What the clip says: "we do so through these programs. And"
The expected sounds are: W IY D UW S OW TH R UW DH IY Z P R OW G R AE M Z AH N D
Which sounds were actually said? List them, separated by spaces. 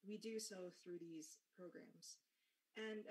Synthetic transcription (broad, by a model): W IY D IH S OW TH R UW DH IY Z P R OW G R AE M Z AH N